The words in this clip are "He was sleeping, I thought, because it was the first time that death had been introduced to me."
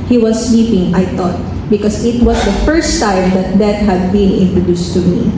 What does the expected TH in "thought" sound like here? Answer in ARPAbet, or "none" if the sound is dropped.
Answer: T